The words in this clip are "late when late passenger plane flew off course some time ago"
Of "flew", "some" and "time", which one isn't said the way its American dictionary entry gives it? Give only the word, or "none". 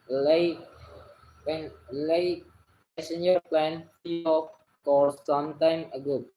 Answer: flew